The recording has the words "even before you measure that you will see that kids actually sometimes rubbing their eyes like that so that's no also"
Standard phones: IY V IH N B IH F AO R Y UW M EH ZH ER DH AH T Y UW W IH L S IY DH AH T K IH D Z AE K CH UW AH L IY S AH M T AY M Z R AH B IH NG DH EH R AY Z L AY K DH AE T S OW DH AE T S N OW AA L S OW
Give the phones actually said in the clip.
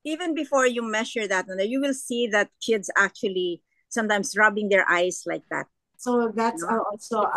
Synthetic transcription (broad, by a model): IY V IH N B IH F AO R Y UW M EH SH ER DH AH T Y UW W IH L S IY DH AH T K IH D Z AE K CH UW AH L IY S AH M T AY M S R AH B IH NG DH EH R AY S L AY K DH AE T S OW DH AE T S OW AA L S OW